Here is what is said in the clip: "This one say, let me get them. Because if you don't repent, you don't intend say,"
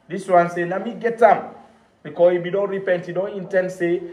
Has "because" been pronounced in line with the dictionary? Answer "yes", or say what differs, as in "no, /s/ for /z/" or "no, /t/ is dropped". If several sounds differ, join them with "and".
no, /z/ is dropped